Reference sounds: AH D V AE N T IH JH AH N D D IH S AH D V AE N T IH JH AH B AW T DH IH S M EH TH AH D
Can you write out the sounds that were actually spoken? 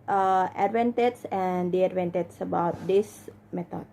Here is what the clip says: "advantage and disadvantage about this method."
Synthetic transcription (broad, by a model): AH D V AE N T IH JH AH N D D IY AH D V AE N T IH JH AH B AW T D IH S M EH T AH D